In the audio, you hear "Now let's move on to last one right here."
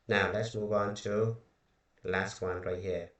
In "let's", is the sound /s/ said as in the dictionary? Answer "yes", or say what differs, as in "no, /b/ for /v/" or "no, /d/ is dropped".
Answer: yes